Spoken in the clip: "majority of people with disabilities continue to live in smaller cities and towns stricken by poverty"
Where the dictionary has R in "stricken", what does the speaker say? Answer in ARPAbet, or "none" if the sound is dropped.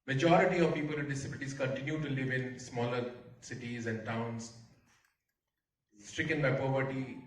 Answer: R